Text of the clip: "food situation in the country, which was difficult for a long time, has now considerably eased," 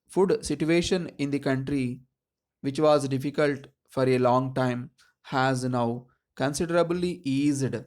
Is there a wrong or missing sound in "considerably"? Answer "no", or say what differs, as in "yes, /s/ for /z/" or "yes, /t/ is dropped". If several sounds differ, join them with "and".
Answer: no